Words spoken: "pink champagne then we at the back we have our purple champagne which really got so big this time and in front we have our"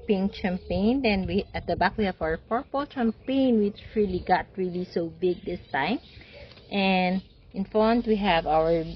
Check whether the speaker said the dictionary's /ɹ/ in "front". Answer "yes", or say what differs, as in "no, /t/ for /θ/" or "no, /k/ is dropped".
no, /ɹ/ is dropped